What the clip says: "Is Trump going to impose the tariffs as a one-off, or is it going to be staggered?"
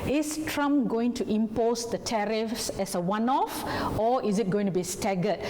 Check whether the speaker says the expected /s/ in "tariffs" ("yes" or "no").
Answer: yes